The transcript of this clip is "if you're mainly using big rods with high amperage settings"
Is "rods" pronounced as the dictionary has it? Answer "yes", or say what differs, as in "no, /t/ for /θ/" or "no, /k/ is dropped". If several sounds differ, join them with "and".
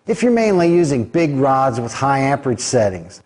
yes